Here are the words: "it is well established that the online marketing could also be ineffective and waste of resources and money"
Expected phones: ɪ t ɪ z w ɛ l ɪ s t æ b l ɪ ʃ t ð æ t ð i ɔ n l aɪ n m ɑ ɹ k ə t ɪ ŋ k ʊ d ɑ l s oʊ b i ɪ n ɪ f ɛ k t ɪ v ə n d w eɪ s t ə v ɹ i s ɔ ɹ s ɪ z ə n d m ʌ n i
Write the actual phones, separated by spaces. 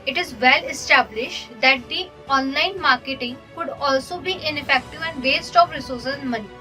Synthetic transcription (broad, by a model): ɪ t ɪ z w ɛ l ɪ s t æ b l ɪ ʃ t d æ t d i ɔ n l aɪ n m ɑ ɹ k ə t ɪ ŋ k ʊ d ɑ l s oʊ b i ɪ n ɪ f ɛ k t ɪ v ə n d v eɪ s t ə p ɹ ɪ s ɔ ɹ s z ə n m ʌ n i